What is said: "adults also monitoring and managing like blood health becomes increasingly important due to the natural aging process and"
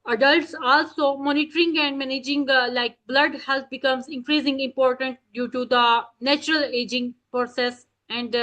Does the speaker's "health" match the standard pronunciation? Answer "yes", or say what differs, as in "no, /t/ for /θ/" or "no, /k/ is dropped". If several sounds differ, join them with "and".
no, /t/ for /θ/